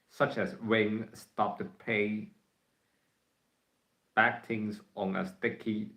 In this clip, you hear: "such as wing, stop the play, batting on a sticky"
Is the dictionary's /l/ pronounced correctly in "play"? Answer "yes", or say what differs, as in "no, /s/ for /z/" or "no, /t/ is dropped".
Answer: no, /l/ is dropped